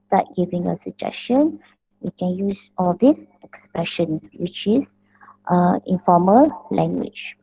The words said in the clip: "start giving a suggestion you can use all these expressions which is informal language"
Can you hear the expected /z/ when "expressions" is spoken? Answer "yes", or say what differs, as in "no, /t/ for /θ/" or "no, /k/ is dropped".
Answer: no, /z/ is dropped